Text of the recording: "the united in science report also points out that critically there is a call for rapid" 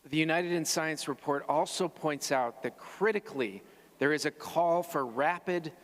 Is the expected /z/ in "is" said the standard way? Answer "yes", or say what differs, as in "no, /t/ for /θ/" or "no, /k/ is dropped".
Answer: yes